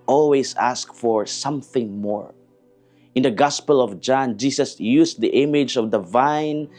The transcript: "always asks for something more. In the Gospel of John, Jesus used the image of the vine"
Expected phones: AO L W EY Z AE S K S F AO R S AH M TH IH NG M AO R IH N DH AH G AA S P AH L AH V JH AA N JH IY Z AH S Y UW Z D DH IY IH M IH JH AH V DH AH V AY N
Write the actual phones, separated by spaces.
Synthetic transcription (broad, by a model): AO L W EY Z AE S K F AO R S AH M TH IH NG M AO R IH N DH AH G AA S P AH L AH V JH AA N JH IY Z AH S Y UW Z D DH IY IH M IH JH AH V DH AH V AY N